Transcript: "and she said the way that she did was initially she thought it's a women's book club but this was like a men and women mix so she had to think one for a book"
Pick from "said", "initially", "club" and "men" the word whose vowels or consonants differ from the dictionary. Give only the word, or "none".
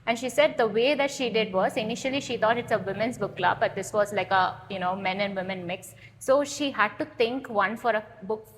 none